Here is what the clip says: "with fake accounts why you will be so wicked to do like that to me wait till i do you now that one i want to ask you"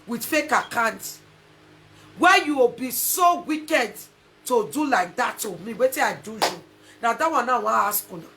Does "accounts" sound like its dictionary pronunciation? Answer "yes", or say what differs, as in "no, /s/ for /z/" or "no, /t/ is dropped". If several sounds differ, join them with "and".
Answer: no, /s/ is dropped